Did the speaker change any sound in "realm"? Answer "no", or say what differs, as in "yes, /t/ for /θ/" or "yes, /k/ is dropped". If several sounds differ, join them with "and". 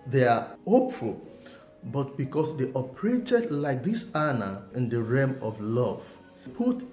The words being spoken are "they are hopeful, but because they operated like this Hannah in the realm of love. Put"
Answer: yes, /l/ is dropped